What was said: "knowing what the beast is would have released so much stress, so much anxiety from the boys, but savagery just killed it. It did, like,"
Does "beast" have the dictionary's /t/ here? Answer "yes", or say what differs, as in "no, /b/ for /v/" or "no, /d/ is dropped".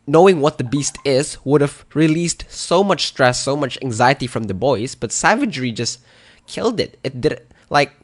yes